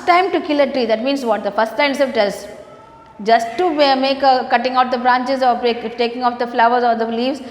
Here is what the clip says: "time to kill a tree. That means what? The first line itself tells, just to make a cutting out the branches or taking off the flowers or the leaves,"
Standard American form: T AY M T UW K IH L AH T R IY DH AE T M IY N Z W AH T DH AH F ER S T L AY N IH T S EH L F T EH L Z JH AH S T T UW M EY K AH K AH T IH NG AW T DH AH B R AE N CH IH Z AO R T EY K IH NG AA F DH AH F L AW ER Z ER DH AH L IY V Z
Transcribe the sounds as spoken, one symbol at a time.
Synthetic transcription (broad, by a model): T AY M T UW K IH L AH T R IY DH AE T M IY N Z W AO T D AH F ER S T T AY IH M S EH F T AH Z JH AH S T T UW M EY K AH K AH T IH NG AW T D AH B R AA N CH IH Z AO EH T EY K IH NG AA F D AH F L AW ER Z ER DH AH L IY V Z